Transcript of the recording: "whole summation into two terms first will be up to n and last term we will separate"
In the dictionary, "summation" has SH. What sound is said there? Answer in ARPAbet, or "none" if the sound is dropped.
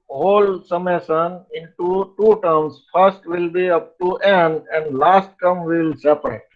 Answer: S